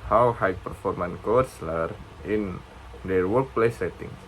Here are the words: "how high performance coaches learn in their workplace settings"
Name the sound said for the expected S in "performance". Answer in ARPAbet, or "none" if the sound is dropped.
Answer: none